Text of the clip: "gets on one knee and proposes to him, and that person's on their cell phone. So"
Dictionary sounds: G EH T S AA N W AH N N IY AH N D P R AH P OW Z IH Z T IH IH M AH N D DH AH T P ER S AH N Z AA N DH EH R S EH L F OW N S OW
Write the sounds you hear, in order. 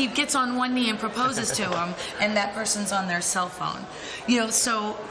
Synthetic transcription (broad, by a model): G EH T S N W AH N N IY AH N P R AH P OW Z IH Z T IH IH M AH N DH AH T P ER S AH N Z N DH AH R S EH L F OW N S OW